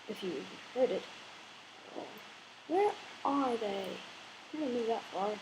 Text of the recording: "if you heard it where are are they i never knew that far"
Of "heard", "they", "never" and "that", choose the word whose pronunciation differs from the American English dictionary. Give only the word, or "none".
never